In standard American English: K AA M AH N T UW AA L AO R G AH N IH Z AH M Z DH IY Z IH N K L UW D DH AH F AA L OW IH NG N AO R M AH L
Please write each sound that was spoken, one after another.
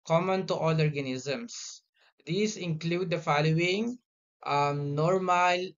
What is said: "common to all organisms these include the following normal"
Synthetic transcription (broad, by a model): K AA M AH N T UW AA L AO R G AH N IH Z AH M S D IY S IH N K L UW D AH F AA L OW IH NG N AO R M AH L